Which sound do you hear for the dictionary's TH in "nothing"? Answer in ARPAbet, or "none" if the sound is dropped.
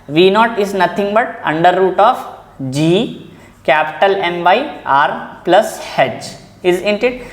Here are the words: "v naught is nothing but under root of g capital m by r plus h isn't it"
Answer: T